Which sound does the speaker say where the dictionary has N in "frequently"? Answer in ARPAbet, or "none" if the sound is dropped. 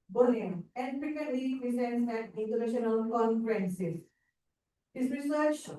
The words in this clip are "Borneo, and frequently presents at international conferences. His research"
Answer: none